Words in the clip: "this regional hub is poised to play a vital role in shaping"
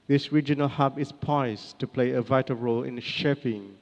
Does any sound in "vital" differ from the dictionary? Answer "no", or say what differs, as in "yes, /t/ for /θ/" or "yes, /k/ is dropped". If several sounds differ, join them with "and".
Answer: no